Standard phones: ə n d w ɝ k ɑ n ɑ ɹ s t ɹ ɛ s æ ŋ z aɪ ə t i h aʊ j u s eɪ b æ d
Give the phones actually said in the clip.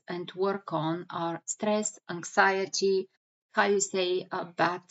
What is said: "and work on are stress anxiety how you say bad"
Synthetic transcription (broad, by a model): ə n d w ɝ k ɑ n ɑ ɹ s t ɹ ɛ s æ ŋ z aɪ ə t i h aʊ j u s eɪ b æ